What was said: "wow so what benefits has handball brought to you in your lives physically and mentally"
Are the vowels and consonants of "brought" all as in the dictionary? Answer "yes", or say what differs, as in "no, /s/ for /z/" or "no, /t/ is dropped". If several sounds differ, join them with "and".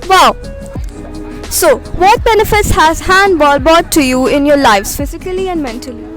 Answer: no, /ɹ/ is dropped